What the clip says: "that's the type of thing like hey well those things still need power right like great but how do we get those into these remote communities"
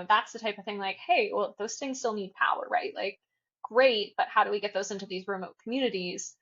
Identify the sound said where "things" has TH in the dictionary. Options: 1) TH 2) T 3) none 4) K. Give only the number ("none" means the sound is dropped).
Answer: 1